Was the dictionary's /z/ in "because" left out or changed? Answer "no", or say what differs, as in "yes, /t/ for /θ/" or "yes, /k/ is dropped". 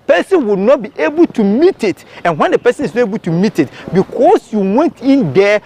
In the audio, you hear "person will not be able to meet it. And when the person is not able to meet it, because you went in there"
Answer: yes, /s/ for /z/